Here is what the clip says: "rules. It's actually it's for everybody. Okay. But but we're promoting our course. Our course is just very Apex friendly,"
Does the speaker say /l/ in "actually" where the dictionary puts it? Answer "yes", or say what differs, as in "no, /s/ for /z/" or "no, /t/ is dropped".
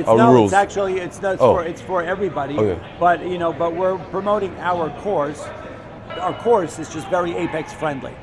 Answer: no, /n/ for /l/